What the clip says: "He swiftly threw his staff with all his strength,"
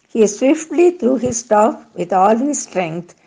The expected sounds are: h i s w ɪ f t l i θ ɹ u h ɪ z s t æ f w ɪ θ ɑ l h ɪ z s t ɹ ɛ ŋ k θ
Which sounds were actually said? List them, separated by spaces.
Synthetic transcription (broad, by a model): h i s w ɪ f t l i t ɹ u h ɪ z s t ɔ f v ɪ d ɑ l h ɪ z s t ɹ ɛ ŋ k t